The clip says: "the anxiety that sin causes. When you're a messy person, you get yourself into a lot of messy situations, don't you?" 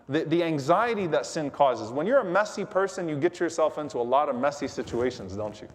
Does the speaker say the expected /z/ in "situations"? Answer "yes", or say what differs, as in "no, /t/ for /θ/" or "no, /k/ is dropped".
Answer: yes